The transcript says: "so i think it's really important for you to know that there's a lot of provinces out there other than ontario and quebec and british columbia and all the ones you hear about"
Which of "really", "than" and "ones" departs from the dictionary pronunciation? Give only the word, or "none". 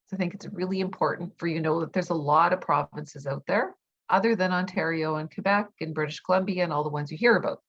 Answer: none